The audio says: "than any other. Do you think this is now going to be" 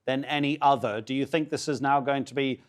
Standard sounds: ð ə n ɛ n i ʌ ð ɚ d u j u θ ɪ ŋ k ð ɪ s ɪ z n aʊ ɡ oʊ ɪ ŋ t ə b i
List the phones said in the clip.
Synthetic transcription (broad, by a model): ð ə n ɛ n i ʌ ð ɚ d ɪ j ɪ θ ɪ ŋ k ð ɪ s ɪ z n aʊ ɡ oʊ ɪ ŋ t ə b i